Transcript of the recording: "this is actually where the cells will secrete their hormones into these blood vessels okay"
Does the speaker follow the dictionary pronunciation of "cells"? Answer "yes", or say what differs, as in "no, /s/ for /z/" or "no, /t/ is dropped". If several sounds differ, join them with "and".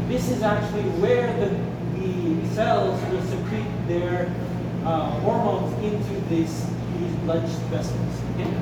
yes